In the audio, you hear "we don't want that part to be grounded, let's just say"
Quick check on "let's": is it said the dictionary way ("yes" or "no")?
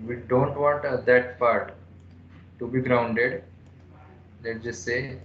no